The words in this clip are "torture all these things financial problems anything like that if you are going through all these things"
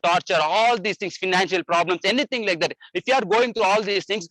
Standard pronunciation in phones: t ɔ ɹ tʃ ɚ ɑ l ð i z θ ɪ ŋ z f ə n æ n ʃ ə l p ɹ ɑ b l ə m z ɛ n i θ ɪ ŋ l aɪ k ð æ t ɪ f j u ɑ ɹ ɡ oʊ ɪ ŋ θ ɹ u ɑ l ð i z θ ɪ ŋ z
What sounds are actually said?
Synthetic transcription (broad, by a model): t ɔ ɹ tʃ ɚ ɑ l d i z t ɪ ŋ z f ə n æ n ʃ ə l p ɹ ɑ b l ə m s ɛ n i t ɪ ŋ l aɪ k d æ t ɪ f j u ɑ ɹ ɡ oʊ ɪ ŋ t ɹ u ɑ l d i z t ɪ ŋ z